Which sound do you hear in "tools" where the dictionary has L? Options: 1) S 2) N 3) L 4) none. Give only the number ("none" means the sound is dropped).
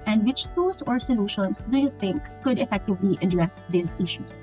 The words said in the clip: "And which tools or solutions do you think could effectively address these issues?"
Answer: 4